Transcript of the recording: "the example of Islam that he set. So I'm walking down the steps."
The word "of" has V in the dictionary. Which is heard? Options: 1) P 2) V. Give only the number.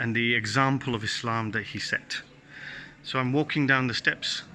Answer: 2